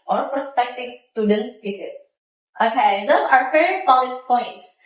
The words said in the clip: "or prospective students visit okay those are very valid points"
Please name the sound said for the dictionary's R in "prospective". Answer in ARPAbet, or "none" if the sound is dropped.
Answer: none